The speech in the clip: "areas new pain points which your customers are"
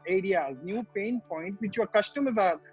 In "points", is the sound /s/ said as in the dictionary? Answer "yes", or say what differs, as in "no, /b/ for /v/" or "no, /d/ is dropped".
no, /s/ is dropped